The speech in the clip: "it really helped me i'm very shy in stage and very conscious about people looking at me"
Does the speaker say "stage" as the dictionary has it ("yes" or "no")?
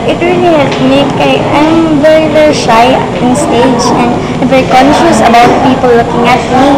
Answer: yes